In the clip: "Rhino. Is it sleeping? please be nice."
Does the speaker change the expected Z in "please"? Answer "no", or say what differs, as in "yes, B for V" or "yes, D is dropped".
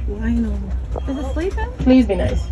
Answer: no